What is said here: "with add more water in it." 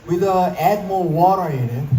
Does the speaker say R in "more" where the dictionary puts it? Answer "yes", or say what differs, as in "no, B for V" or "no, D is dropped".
no, L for R